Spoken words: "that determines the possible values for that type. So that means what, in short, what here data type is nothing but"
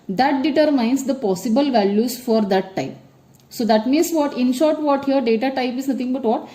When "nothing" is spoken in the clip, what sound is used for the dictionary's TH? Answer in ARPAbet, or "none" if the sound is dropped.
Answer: T